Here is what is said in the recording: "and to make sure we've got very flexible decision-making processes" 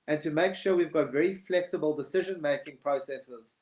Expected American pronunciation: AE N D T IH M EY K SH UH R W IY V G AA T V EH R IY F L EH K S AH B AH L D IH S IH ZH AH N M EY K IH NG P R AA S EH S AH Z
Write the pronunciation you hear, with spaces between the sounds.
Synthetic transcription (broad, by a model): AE N T IH M EY K SH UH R W IY V G AA T V EH R IY F L EH K S AH B AH L D IH S IH ZH AH N M EY K IH NG P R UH S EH S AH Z